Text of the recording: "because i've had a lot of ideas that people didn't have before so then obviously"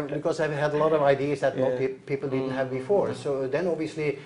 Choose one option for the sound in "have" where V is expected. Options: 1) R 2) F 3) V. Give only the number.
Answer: 3